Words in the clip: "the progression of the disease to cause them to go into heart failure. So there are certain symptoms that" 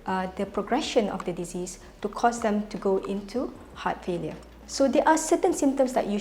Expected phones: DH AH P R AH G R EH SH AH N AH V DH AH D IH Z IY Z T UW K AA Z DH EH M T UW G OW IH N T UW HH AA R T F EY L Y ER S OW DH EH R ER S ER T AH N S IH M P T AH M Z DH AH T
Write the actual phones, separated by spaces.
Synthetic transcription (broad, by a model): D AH P R AH G R EH SH AH N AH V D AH D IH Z IY S T UW K AA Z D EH M T UW G OW IH N T UW HH AA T F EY L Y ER S OW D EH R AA S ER T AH N S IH M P T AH M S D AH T